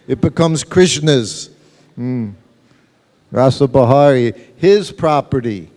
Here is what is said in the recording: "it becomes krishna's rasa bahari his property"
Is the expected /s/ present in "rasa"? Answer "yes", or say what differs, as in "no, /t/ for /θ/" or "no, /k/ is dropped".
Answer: yes